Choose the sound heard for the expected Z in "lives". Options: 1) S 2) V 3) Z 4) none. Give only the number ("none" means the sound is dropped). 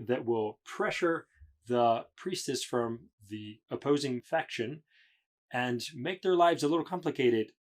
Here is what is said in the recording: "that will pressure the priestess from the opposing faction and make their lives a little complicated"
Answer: 3